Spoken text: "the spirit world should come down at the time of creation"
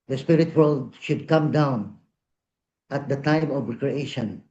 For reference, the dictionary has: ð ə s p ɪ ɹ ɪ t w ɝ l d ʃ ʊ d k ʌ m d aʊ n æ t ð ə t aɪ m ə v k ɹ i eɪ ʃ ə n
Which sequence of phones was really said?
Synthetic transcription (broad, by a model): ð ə s p ɪ ɹ ɪ t w ɝ l d ʃ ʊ d k ʌ m d aʊ n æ t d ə t aɪ m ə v k ɹ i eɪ ʃ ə n